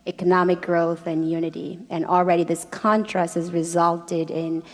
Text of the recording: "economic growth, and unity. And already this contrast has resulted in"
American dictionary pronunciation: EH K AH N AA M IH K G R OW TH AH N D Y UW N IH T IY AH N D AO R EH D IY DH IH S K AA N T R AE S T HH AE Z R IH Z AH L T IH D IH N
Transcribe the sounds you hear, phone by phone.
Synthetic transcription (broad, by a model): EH K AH N AA M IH K G R OW TH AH N Y UW N IH T IY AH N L R EH D IY DH IH S K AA N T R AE S T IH Z R IH Z AH L T IH D IH N